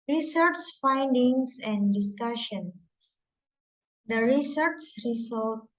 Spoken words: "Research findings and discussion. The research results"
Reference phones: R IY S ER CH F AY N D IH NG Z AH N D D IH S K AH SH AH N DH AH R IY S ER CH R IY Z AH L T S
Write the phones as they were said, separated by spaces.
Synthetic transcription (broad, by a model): R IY S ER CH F AY N D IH NG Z AH N D D IH S K AH SH AH N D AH R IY S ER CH R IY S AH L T